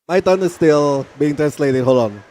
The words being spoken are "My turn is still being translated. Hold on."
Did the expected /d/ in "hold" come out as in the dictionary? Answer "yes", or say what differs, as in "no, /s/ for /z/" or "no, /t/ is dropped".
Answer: no, /d/ is dropped